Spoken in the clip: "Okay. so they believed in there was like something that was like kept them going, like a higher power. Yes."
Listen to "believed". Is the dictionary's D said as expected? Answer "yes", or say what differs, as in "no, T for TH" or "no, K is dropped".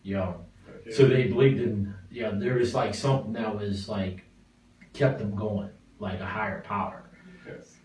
yes